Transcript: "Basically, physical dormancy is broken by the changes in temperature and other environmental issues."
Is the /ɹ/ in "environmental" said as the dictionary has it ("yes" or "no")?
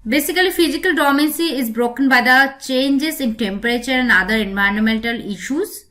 no